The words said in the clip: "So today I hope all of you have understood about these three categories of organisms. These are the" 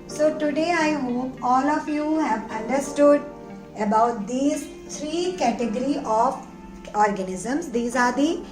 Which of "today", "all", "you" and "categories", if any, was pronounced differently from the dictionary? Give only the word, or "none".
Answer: categories